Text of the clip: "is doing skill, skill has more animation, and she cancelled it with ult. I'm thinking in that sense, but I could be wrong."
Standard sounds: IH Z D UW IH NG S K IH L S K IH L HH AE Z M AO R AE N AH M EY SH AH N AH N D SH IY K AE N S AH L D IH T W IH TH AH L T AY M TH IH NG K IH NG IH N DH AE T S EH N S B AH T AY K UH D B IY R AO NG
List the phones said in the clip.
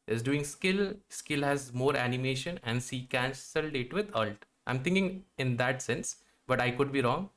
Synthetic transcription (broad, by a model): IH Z D UW IH NG S K IH L S K IH L HH AE Z M AO R AE N AH M EY SH AH N AH N D S IY K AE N S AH L D IH T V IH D AH L T AY M T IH NG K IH NG IH N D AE T S EH N S B AH T AY K UH D B IY R AO NG